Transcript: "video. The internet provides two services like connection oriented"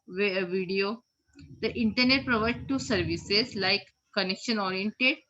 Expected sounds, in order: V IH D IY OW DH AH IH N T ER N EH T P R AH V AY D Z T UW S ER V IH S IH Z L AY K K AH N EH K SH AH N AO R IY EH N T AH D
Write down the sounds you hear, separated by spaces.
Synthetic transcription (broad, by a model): V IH D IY OW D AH IH N T ER N EH T P R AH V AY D T UW S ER V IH S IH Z L AY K K AH N EH K SH AH N AO R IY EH N T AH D